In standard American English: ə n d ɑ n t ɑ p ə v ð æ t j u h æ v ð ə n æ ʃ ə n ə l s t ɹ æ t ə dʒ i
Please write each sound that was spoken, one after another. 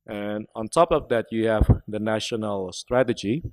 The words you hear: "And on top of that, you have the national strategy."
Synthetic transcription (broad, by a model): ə n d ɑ n t ɑ p ə v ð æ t j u h æ v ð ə n æ ʃ ə n ə l s t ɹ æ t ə dʒ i